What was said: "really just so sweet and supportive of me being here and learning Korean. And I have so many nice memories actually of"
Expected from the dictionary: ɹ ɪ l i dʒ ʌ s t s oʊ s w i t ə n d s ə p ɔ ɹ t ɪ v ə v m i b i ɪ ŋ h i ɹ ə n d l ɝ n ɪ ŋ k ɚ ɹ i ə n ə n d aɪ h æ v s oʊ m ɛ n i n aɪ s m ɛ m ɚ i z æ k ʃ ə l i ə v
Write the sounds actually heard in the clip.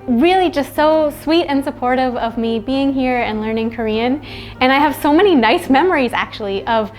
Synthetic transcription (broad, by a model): ɹ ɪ l i dʒ ʌ s t s oʊ s w i t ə n s ə p ɔ ɹ t ɪ v ə v m i b i ɪ ŋ h i ɹ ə n l ɝ n ɪ ŋ k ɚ ɹ i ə n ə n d aɪ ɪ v s oʊ m ɛ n i n aɪ s m ɛ m ɚ i z æ k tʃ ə l i ə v